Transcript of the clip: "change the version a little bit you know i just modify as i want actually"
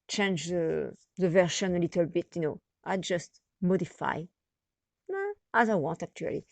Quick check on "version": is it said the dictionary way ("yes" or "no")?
no